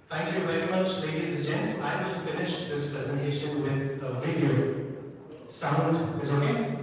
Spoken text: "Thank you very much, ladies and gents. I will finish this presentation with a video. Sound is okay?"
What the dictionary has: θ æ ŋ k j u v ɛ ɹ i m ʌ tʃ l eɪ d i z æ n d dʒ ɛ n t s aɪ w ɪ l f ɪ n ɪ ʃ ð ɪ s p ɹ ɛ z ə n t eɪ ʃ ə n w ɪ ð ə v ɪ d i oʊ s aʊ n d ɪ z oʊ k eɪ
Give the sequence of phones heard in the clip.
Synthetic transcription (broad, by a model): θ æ ŋ k j u v ɛ ɹ i m ʌ tʃ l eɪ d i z dʒ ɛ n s aɪ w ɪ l f ɪ n ɪ ʃ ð ɪ s p ɹ ɛ z ə n t eɪ ʃ ə n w ɪ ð ə v ɪ d i oʊ s aʊ n d ɪ z oʊ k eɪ